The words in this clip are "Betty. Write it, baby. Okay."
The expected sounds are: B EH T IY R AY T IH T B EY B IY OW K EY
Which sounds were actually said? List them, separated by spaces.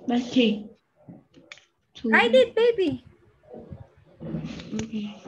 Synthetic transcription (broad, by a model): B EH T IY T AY IH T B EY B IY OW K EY